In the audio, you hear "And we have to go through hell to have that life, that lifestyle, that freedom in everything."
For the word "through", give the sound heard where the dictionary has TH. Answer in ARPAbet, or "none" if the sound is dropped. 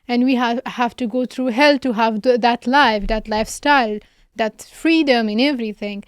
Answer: T